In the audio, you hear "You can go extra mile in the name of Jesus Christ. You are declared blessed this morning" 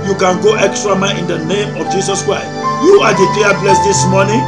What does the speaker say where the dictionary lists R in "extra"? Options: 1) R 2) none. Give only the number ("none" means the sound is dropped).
1